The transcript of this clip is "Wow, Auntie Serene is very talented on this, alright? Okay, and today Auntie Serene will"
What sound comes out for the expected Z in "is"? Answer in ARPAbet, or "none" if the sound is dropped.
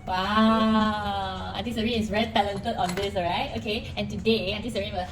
S